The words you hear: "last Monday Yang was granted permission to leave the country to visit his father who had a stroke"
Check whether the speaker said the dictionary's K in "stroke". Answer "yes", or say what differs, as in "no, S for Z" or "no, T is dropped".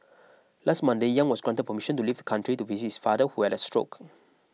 yes